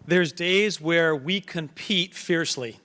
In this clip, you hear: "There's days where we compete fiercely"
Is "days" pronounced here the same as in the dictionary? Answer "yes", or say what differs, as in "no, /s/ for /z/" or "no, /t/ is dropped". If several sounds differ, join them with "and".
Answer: yes